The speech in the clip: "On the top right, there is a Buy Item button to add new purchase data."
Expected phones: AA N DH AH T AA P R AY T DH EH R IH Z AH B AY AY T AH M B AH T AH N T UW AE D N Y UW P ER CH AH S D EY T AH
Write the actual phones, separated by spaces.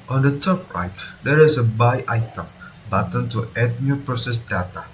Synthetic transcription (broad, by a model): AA N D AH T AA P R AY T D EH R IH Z AH B AY AY T AH M B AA T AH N T UW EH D N Y UW P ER S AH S D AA T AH